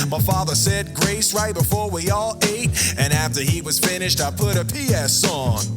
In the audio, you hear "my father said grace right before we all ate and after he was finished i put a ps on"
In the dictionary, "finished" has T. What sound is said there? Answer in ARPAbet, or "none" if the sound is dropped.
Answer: T